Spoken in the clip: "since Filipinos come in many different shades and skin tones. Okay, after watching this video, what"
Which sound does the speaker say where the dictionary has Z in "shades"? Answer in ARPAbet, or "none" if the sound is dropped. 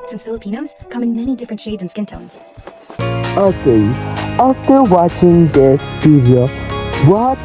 Z